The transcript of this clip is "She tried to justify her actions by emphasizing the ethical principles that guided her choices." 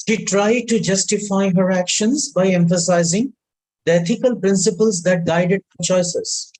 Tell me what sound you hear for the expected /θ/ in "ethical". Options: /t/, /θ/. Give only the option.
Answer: /t/